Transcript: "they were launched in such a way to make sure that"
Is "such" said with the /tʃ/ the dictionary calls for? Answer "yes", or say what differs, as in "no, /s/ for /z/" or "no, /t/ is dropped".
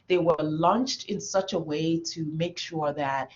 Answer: yes